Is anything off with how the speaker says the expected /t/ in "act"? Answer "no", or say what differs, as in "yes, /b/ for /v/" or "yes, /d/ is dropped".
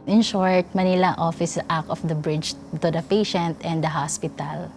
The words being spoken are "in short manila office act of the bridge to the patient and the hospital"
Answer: yes, /t/ is dropped